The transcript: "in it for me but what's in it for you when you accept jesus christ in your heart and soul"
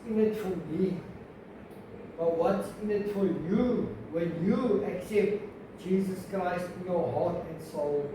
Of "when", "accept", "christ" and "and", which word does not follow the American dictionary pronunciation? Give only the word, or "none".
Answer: when